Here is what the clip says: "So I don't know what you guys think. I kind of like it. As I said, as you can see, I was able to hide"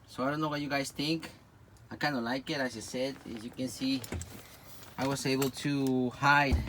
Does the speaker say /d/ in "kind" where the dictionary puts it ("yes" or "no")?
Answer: no